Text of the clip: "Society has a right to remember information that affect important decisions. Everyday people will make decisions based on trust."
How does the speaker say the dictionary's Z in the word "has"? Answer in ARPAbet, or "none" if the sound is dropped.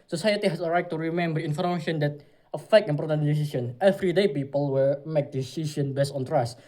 S